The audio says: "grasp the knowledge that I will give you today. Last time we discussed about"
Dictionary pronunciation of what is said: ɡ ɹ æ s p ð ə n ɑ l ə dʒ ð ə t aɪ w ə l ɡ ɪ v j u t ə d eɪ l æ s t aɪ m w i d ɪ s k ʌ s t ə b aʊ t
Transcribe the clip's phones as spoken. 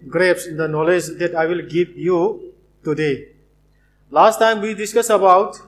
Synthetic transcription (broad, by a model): ɡ ɹ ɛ s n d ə n ɑ l ə dʒ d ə t aɪ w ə l ɡ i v j u t ə d eɪ l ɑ s t aɪ m w i d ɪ s k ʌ s ə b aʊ t